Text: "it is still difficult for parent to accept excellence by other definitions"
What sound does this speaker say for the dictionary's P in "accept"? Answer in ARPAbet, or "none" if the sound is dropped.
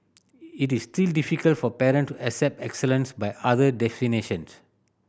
P